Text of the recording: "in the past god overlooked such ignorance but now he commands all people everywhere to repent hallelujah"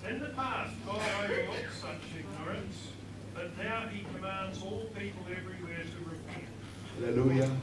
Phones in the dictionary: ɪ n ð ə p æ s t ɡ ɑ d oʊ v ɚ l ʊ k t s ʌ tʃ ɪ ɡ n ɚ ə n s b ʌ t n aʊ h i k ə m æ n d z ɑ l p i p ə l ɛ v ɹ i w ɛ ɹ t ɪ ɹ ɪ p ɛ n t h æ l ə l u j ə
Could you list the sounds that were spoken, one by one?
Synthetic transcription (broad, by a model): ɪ n ð ə p æ s t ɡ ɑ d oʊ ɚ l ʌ t s ʌ tʃ ɪ ɡ n ɚ ə n s b ʌ t n aʊ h i k ə m æ n d z ɑ l p i p ə l ɛ v ɹ i w ɛ ɹ t ɪ ɹ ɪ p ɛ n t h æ l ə l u j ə